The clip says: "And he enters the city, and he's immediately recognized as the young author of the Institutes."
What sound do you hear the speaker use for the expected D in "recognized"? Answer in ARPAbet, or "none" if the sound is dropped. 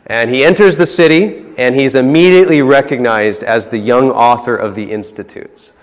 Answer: D